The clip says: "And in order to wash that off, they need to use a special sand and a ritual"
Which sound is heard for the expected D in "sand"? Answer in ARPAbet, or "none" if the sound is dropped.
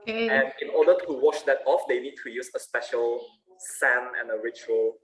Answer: none